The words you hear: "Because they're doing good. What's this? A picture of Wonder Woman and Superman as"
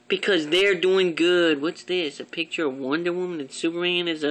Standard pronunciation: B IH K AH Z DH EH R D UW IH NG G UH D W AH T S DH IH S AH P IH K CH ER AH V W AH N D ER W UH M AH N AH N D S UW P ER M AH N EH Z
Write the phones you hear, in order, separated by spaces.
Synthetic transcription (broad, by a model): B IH K AH Z DH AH R D UW IH NG G UH D W AH T S DH IH S AH P IH K CH ER AH V W AH N D ER W UH M AH N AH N S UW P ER AH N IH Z